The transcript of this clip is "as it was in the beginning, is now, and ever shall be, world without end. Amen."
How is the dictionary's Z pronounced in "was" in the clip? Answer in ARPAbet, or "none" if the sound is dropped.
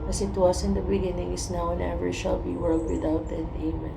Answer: S